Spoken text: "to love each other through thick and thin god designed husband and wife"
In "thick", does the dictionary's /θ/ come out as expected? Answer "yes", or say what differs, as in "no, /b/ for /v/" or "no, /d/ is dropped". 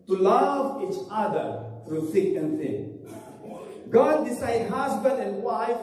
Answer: no, /s/ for /θ/